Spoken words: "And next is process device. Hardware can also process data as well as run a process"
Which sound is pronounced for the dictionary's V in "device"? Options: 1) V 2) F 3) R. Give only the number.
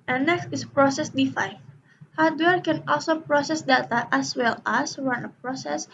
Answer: 2